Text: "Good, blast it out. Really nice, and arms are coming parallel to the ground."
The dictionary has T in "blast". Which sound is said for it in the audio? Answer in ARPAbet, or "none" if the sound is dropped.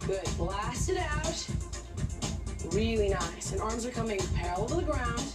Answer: T